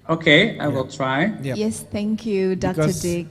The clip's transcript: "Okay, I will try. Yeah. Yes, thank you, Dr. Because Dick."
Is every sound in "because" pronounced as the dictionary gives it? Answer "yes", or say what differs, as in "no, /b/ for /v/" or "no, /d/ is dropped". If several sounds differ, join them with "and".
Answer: no, /z/ is dropped